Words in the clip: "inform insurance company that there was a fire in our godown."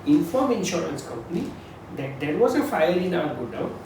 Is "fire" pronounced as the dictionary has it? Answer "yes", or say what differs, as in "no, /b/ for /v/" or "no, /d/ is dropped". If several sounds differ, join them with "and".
no, /l/ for /ɹ/